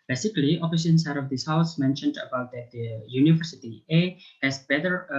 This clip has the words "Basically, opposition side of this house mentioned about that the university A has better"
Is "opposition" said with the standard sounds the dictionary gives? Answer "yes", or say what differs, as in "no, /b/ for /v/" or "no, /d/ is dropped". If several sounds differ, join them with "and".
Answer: no, /f/ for /p/